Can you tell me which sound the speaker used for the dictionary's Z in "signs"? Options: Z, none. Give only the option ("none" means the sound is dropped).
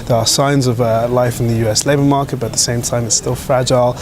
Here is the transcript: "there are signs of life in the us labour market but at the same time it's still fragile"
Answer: Z